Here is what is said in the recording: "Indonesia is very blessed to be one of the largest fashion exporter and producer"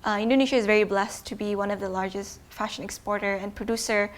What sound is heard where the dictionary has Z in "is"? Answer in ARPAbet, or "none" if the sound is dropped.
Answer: Z